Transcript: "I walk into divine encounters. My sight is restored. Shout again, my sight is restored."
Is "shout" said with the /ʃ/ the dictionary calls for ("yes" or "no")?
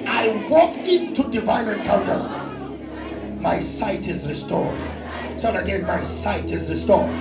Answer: no